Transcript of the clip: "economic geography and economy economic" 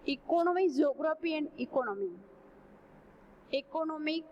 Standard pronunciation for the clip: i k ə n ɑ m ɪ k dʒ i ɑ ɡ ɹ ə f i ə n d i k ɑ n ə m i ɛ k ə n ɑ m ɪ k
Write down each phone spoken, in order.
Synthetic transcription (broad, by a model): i k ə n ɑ m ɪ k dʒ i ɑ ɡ ɹ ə p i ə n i k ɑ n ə m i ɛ k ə n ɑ m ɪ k